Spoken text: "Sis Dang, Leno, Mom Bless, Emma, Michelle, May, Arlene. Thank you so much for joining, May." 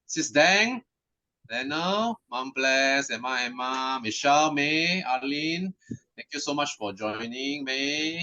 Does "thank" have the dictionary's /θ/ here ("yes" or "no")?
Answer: no